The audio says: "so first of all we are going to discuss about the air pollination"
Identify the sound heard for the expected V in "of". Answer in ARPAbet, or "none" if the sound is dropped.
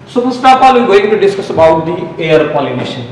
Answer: P